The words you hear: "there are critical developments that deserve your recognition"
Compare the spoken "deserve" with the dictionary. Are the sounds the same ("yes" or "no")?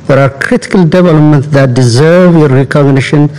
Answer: yes